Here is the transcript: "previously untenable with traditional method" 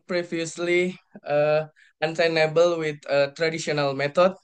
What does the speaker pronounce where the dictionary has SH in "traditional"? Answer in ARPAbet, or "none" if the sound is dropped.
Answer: S